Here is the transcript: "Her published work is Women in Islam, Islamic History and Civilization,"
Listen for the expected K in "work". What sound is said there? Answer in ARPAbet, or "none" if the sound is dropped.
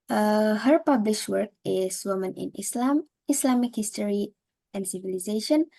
K